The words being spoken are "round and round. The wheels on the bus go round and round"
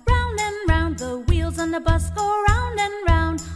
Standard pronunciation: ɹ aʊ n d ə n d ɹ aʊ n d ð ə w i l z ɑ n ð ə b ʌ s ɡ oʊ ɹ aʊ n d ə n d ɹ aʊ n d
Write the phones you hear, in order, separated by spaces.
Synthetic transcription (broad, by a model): ɹ aʊ n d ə n ɹ aʊ n ð ə w i l z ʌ n ð ə b ʌ s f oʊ ɹ aʊ n d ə n ɹ aʊ n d